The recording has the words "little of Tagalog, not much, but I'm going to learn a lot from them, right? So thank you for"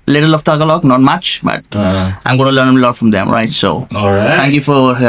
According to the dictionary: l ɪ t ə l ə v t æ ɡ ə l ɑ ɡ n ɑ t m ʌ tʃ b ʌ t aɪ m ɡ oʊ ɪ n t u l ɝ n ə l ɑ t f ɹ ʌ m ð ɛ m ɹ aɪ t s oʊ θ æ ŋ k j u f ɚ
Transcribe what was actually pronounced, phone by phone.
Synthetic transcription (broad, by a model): l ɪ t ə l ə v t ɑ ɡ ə l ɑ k n ɑ t m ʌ tʃ b ʌ t aɪ m ɡ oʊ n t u l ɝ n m l ɑ t f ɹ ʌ m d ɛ m ɹ aɪ t s oʊ t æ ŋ k j u f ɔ